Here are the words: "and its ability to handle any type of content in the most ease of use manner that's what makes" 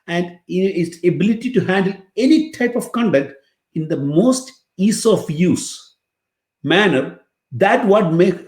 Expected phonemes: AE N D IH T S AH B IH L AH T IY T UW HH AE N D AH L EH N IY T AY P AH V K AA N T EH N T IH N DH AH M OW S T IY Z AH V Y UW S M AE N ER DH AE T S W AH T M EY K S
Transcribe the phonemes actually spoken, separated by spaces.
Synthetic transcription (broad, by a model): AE N D IH T S AH B IH L AH T IY T UW HH AE N D AH L EH N IY T AY P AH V K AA N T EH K T IH N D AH M OW S T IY S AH F Y UW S M AE N ER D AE T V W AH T M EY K